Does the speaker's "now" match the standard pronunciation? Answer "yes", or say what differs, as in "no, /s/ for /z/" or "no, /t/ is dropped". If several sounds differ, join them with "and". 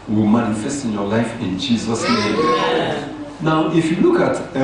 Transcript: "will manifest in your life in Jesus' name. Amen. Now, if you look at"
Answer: yes